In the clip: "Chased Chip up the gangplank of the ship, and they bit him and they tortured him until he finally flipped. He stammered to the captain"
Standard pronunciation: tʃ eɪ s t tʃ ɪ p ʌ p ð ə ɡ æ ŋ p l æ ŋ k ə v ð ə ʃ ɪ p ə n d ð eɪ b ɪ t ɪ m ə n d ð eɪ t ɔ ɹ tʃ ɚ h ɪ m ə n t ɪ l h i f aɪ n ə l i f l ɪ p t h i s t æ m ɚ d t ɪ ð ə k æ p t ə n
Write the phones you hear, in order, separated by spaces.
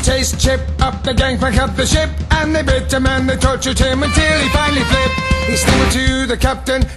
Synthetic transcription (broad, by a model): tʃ eɪ s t tʃ ɪ p ʌ p ð ə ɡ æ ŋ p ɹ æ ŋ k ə p ð ə ʃ ɪ p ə n ð eɪ b ɪ t ɪ m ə n ð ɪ t ɔ ɹ tʃ ɚ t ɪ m ə n t ɪ l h i f aɪ n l i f l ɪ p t h i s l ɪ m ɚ t ɪ ð ə k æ p t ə n